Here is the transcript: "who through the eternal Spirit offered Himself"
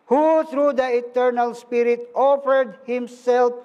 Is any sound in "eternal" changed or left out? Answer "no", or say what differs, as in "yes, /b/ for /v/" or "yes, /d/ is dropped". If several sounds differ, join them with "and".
no